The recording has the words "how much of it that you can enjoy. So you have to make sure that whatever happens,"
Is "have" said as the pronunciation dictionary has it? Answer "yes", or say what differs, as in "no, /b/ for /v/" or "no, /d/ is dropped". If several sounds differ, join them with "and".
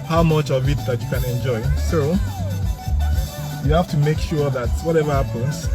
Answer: no, /f/ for /v/